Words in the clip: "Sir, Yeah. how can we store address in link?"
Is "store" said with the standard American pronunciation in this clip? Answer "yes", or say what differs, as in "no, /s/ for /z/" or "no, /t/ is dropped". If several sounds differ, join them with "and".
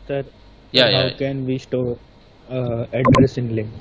no, /ʃ/ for /s/